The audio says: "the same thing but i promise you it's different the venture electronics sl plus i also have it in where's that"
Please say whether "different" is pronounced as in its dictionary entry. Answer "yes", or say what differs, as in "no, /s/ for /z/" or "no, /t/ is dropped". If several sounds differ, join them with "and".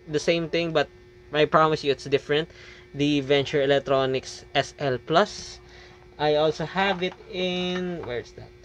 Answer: yes